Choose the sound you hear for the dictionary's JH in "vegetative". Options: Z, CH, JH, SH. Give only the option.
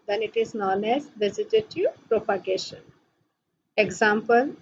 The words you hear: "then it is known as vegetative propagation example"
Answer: Z